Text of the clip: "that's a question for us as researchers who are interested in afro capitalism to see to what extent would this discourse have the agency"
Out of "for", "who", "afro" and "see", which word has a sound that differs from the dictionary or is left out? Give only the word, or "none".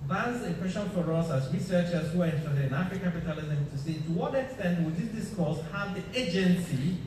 afro